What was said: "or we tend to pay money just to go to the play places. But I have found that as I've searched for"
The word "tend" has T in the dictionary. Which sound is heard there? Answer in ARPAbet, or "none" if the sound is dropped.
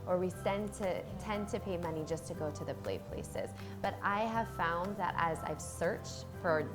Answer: S